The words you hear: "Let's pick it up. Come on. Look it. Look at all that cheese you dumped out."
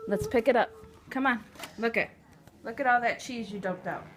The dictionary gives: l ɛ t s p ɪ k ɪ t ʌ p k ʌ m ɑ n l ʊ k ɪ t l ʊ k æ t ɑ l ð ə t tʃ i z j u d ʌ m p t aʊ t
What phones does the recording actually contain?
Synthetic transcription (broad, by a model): l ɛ t s p ɪ k ɪ t ʌ p k ʌ m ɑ n l ʊ k ɪ t l ʊ k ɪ t ɑ l ð ə t tʃ i z j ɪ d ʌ p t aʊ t